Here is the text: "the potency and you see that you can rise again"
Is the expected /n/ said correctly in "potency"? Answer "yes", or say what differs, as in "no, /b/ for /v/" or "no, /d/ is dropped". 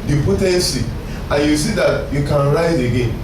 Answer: no, /n/ is dropped